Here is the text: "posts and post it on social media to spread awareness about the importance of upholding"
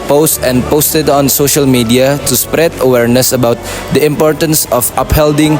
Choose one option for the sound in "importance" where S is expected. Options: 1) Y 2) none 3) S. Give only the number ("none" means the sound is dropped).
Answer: 3